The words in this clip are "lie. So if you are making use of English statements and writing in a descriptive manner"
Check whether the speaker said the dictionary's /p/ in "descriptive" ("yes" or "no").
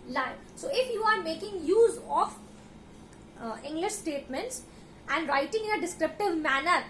yes